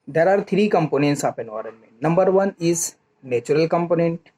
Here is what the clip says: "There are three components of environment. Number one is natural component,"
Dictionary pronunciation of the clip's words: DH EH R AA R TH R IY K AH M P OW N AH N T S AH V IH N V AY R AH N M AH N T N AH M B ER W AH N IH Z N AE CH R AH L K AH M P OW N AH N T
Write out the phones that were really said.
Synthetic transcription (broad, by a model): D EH R AA R T R IY K AH M P OW N AH N T S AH P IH N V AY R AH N M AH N N AH M B ER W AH N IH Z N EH CH R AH L K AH M P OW N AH N T